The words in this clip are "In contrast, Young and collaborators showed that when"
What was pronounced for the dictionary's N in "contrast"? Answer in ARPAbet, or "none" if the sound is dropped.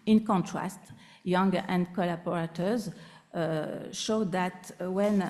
N